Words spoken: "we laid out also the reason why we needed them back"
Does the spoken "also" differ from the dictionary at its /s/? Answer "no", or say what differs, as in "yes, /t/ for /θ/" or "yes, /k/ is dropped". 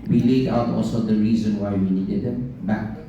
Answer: no